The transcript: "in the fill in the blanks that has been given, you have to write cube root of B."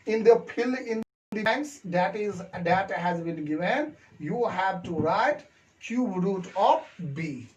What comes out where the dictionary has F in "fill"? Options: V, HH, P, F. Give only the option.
P